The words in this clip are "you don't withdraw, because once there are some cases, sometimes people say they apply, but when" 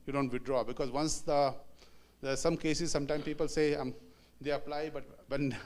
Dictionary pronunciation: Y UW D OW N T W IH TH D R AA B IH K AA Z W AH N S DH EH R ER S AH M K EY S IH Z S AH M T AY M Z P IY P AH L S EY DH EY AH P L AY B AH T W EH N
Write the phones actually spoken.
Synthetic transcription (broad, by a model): Y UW D OW N T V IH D R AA B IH K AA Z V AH N S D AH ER S AH M K EY S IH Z S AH M T AY M P IY P AH L S EY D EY AH P L AY B AH T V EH N